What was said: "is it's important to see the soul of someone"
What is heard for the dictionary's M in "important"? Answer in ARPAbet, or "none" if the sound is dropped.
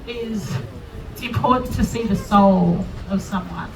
none